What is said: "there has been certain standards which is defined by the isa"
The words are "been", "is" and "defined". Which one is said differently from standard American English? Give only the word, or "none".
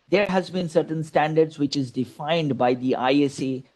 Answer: none